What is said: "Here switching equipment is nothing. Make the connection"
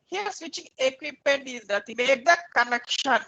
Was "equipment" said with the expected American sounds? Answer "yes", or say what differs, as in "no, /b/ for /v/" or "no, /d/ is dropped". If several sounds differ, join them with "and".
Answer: no, /m/ is dropped